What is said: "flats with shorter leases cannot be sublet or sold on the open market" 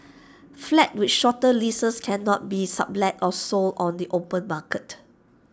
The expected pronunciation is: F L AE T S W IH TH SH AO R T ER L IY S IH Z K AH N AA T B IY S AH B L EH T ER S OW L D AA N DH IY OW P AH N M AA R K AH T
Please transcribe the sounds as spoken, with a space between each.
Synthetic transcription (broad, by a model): F L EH T W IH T SH AO T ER L IY S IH S K AH N AA T B IY S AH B L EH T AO S OW L AA N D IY OW P AH N M AA K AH T